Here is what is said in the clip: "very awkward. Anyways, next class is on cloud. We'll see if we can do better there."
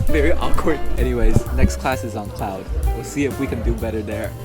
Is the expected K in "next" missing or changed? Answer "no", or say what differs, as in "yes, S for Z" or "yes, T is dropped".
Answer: no